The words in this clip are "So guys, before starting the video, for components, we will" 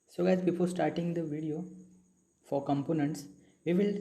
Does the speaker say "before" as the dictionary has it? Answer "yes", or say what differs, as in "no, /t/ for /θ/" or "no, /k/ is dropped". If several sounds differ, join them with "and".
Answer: no, /p/ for /f/ and /l/ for /ɹ/